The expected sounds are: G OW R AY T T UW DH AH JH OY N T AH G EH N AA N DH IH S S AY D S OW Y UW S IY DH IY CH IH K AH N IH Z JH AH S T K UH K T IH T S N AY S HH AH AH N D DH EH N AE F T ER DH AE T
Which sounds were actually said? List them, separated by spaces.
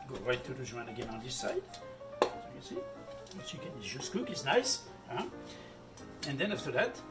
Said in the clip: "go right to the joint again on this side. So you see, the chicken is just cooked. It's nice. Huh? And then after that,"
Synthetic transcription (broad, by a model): G OW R AY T T UW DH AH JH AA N AH G EH N AA N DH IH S S AY D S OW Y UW S IY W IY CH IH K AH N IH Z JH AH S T K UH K IH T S N AY S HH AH AH N D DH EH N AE F T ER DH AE T